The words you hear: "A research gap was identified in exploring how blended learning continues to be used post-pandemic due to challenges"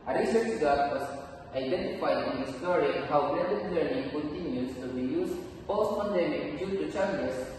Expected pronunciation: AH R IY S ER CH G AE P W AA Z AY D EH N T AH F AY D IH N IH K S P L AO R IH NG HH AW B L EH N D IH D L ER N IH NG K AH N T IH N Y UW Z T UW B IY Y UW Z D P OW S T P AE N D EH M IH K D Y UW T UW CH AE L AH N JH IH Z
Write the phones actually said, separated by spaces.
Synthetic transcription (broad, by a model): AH R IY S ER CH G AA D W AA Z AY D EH N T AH F AY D IH N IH S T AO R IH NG HH AW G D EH D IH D L ER N IH NG K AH N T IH N Y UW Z T UW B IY Y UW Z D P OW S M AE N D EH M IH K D Y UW T UW CH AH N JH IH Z